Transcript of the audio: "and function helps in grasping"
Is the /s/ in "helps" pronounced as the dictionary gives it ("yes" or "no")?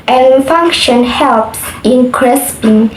yes